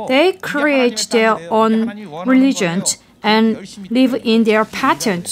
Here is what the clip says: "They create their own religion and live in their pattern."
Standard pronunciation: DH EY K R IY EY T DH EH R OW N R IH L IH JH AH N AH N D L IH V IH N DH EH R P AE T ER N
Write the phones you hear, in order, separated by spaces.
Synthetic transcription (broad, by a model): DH EY K R IY EY T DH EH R OW N R IH L IH JH AH N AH N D L IH V IH N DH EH R P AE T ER N